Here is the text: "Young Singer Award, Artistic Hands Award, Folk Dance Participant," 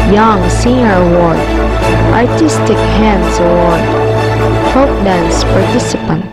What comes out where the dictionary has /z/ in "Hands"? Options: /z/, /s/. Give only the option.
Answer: /s/